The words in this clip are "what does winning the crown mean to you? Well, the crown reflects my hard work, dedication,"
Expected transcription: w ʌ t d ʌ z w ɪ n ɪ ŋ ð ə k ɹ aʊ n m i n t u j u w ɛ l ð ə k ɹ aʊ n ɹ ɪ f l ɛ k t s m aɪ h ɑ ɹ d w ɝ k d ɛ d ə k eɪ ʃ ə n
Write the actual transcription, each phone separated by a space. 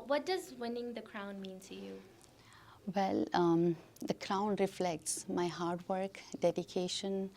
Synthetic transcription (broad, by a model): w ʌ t d ʌ z w ɪ n ɪ ŋ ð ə k ɹ aʊ n m i n t u j u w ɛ l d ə k ɹ aʊ n ɹ ɪ f l ɛ k t s m aɪ h ɑ ɹ d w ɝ k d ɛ d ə k eɪ ʃ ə n